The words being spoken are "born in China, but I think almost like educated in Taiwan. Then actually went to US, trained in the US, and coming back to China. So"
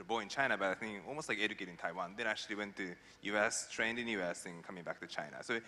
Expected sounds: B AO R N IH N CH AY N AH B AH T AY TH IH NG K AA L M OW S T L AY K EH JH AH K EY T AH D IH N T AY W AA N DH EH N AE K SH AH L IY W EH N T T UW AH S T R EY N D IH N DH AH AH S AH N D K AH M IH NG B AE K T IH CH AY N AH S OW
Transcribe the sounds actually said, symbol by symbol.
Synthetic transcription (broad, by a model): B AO IH N CH AY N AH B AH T AY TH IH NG AA L M OW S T L AY K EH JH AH K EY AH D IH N T AY W AA N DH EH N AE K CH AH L IY W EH N T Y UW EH S T R EY N D IH N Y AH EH S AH N K AH M IH NG B AE K T IH CH AY N AH S OW